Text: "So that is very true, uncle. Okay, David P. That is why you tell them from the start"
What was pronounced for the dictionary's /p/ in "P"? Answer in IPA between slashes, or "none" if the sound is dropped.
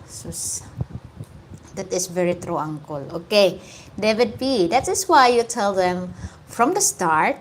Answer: /b/